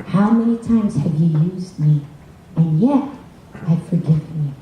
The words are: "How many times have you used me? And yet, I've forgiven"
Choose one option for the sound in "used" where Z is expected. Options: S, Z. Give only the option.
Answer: Z